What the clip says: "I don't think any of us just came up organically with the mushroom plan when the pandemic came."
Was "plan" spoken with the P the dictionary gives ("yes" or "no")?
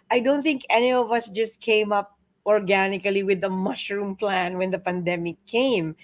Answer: yes